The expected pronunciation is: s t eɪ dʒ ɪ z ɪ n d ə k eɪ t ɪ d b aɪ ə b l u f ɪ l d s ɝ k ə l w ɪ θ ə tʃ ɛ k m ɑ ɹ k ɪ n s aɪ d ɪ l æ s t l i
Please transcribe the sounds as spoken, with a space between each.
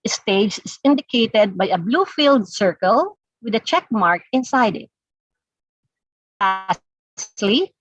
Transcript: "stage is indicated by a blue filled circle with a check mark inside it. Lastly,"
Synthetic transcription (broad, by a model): s t eɪ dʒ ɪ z ɪ n d ə k eɪ t ɪ d b aɪ ə b l u f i l d s ɝ k ə l w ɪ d ə tʃ ɛ k m ɑ ɹ k ɪ n s aɪ d ɪ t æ s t l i